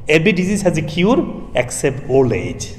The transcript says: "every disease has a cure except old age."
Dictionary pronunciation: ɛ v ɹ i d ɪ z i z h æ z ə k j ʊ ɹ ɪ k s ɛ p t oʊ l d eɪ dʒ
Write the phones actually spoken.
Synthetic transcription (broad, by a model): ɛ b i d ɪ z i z h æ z ə k j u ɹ ɪ k s ɛ p t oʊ l eɪ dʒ